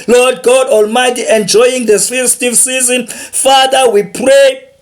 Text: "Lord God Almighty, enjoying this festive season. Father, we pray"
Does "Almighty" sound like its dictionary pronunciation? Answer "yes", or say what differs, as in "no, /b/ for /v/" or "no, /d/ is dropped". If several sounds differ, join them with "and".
yes